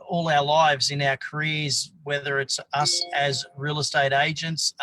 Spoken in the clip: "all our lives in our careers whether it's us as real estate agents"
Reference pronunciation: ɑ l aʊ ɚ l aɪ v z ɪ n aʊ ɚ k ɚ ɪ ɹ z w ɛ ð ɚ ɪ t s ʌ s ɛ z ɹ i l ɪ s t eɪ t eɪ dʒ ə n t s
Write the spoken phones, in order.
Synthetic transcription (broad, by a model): ɑ l aʊ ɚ l aɪ v z ɪ n aʊ ɚ k ɚ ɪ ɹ z w ɛ ð ɚ ɪ t s ʌ s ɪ z ɹ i l ɪ s t eɪ t eɪ dʒ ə n t s